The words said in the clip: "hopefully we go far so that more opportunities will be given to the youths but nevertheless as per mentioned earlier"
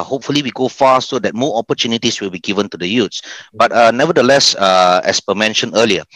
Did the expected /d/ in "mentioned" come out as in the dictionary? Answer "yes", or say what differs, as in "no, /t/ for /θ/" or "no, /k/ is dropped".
no, /d/ is dropped